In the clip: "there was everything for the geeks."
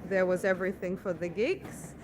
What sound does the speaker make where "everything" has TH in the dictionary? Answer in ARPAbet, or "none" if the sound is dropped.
TH